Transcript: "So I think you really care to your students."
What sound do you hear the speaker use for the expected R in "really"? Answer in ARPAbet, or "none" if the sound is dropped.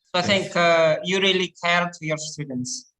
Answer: R